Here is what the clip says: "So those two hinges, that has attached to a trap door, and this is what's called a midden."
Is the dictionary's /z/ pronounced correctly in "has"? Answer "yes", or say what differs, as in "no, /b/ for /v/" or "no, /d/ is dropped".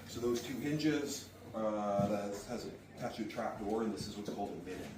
yes